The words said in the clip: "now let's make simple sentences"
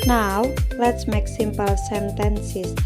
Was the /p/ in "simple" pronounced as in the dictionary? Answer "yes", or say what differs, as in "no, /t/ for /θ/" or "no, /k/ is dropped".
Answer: yes